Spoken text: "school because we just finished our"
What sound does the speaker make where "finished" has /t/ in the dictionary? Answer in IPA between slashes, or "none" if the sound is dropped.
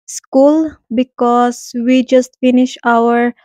none